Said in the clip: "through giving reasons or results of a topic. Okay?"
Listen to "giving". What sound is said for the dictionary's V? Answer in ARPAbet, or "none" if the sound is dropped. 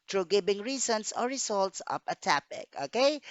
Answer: B